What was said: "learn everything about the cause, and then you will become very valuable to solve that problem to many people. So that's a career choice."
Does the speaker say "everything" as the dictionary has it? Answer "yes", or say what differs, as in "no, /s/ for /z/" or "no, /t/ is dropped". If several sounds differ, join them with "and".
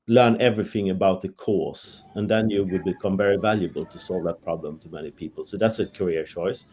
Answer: yes